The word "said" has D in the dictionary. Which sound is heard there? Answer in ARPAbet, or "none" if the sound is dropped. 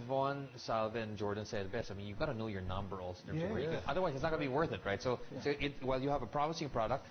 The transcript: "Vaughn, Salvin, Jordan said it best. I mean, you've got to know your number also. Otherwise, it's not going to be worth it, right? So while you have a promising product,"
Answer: none